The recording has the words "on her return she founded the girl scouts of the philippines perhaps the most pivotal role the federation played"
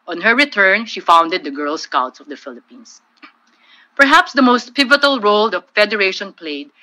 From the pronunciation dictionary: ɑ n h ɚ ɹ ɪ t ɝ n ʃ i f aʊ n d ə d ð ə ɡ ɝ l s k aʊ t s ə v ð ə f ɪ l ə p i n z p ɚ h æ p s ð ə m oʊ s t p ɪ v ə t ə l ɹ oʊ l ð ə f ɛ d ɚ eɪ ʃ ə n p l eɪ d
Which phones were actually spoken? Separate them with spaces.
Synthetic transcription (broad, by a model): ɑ n h ɚ ɹ ɪ t ɝ n ʃ i f aʊ n d ə d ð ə ɡ ɝ l s k aʊ t s ə v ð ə f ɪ l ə p i n s p ɚ h æ p s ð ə m oʊ s t p ɪ v ə t ə l ɹ oʊ l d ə f ɛ d ɚ eɪ ʃ ə n p l eɪ d